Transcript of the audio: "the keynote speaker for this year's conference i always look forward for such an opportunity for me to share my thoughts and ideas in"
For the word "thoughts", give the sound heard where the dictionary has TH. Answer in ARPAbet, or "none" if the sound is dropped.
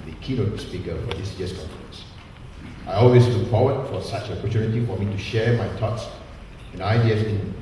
T